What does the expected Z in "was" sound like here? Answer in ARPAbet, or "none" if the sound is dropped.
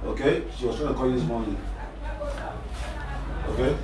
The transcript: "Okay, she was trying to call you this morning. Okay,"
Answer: S